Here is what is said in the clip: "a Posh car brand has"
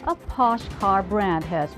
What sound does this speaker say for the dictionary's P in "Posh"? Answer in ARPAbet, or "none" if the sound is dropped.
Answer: P